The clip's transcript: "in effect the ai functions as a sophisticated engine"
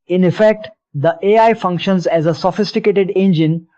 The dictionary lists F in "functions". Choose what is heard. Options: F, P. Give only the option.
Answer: F